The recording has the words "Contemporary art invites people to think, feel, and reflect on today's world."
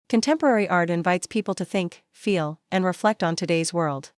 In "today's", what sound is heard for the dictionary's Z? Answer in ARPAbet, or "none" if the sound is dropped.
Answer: Z